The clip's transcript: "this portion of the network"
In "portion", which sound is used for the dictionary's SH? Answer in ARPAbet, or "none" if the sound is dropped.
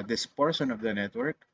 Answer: S